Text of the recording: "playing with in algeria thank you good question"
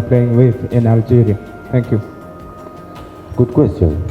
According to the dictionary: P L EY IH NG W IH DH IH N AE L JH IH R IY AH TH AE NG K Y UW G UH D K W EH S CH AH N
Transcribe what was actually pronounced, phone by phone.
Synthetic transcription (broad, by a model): P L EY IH NG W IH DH IH N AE L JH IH R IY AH T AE NG K Y UW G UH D K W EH S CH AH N